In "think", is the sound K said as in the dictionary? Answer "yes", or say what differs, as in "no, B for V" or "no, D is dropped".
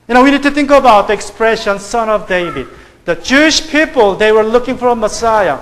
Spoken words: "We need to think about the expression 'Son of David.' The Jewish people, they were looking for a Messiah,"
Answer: yes